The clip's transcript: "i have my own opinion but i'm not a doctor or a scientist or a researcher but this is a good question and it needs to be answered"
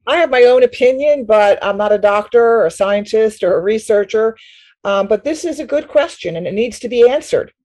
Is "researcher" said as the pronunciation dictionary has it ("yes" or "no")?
yes